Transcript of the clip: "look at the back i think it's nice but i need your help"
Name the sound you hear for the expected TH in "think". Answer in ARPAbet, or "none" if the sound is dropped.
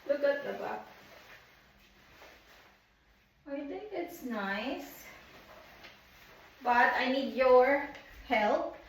T